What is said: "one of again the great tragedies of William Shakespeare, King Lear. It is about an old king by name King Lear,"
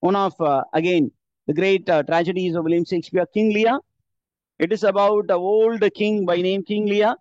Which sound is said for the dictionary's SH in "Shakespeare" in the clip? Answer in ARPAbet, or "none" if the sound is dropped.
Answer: S